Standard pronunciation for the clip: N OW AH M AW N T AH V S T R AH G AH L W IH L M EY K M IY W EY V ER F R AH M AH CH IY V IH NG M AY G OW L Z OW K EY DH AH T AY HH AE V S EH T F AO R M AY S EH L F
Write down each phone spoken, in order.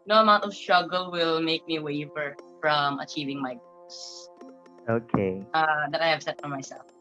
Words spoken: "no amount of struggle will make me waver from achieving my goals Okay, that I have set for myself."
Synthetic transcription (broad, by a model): N OW AH M AW N T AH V S T R AH G AH L W IH L M EY K M IY W EY F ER F R AH M AH CH IY V IH NG M AY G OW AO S OW K EY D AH T AY HH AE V S EH T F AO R M AY S EH L F